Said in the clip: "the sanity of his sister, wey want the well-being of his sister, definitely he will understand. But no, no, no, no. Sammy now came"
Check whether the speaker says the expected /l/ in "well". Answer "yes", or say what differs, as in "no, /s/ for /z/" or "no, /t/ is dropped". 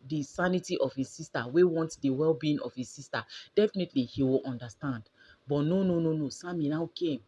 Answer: yes